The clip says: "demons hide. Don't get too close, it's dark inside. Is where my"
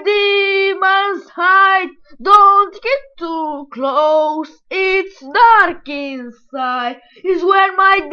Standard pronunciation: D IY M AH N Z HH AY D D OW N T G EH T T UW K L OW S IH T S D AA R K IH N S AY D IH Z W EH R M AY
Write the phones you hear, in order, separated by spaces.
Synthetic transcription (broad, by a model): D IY M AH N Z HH AY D D OW N T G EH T T UW K L OW S IH T S D AA R K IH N S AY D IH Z W EH R M AY